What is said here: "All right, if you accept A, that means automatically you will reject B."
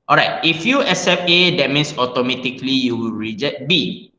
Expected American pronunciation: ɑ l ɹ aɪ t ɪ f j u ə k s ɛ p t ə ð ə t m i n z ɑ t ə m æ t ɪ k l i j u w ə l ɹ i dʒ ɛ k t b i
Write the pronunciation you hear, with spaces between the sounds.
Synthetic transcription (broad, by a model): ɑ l ɹ aɪ t ɪ f j u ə s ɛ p ə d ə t m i n s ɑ t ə m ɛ t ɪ k l i j u w ə l ɹ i dʒ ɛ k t b i